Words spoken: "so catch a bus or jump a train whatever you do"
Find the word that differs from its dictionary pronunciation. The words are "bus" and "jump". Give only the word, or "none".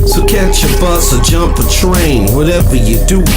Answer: none